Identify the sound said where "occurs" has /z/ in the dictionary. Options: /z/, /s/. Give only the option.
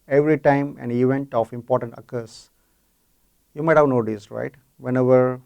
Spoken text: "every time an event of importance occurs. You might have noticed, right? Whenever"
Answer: /s/